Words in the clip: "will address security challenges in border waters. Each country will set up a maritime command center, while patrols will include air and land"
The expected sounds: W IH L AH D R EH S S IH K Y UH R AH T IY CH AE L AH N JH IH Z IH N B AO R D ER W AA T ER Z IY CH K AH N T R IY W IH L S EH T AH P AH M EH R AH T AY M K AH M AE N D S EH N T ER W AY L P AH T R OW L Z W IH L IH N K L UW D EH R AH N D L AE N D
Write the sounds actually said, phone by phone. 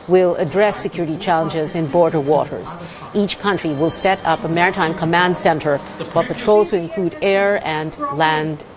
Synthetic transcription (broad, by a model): W IH L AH D R EH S S IH K Y UH R AH T IY CH AE L AH N JH IH Z IH N B AO R D ER W AA T ER Z IY CH K AH N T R IY W IH L S EH T AH P AH M EH R AH T AY M K AH M AE N D S EH N T ER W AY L P AH T R OW L Z W IH L IH N K L UW D EH R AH N L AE N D